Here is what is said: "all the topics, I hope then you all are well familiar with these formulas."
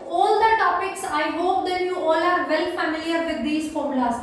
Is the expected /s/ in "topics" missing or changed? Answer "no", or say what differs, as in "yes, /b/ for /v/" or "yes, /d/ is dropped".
no